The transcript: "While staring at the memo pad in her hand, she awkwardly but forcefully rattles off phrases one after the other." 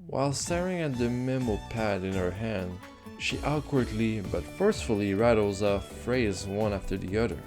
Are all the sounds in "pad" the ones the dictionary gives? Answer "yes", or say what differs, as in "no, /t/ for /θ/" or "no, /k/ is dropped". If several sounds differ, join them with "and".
yes